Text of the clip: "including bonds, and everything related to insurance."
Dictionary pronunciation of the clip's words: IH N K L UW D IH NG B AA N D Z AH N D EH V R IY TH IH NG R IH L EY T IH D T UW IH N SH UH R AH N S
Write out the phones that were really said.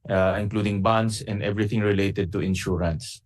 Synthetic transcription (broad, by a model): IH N K L UW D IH NG B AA N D S AH N D EH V R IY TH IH NG R IH L EY T IH D T UW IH N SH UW R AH N S